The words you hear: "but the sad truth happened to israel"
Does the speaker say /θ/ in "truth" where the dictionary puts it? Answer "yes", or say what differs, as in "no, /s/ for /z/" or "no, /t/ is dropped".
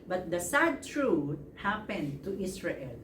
no, /t/ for /θ/